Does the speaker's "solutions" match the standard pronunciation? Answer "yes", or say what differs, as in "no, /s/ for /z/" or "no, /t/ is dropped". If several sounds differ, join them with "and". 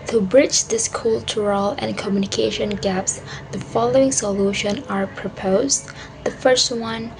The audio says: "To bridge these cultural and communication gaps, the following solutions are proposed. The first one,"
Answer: no, /z/ is dropped